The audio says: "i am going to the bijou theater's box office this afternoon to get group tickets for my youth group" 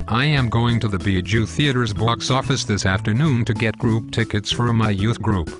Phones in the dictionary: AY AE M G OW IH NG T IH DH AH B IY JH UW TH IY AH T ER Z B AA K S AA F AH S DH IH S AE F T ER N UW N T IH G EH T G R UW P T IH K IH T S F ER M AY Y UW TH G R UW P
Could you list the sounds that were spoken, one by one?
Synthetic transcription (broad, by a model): AY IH M G OW IH NG T IH DH AH B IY JH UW TH IY AH T ER Z B AA K S AA F AH S DH IH S AE F T ER N UW N T IH G EH T G R UW P T IH K IH T S F ER M AY Y UW TH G R UW P